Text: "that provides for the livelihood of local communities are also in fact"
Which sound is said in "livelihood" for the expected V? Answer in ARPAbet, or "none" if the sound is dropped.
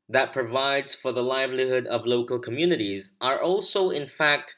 V